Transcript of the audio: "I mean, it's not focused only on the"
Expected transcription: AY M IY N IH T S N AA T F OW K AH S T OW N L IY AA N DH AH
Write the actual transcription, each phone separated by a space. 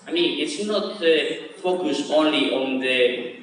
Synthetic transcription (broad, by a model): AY M IY N IH T S N AA T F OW K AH S OW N L IY AA N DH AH